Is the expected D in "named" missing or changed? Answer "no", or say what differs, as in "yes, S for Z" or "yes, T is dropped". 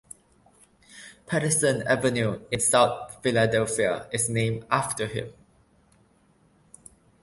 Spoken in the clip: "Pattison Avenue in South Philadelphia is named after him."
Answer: yes, D is dropped